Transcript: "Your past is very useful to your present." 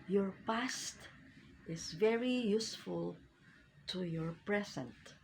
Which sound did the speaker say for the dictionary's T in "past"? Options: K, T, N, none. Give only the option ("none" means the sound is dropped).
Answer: T